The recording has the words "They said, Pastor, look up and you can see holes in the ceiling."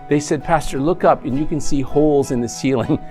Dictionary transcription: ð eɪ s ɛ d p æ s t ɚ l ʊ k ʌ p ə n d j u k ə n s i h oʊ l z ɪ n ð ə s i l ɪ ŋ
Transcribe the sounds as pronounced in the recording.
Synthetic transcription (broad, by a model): ð eɪ s ɛ d p æ s t ɚ l ʊ k ʌ p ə n j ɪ k ə n s i h oʊ l z ɪ n ð ə s i l ɪ ŋ